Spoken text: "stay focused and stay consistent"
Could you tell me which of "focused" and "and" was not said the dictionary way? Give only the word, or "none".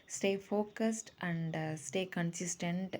none